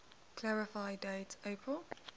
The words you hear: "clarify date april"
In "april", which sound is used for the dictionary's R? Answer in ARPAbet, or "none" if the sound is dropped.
R